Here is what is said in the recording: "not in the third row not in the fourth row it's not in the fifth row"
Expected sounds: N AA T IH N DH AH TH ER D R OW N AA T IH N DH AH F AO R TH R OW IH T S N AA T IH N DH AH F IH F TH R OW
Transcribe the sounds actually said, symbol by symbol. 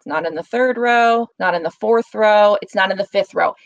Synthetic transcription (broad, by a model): N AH T IH N DH AH TH ER D R OW N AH T IH N DH AH F AO R TH R OW IH T S N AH T IH N DH AH F IH F TH R OW